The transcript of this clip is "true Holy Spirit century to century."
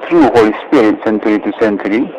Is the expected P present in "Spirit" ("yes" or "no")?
yes